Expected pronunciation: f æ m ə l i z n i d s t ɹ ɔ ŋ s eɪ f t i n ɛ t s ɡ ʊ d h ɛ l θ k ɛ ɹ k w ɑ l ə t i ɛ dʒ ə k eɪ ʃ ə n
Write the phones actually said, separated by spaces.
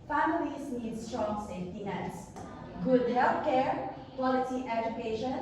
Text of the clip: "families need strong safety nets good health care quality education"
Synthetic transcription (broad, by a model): f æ m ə l i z n i d s t ɹ ɔ ŋ s eɪ f t i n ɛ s ɡ ʊ d h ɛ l f k ɛ ɹ k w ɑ l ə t i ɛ dʒ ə k eɪ ʃ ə n